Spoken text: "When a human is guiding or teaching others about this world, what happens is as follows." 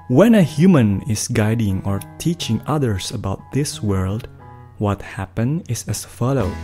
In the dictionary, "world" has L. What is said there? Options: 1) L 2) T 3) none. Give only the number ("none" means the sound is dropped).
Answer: 1